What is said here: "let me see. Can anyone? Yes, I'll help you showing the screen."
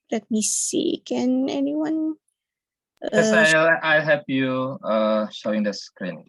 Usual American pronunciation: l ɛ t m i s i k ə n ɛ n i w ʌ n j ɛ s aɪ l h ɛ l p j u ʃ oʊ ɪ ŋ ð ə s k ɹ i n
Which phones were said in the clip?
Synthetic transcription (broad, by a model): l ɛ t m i s i k ə n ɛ n i w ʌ n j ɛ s aɪ l h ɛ p j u ʃ oʊ ɪ ŋ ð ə s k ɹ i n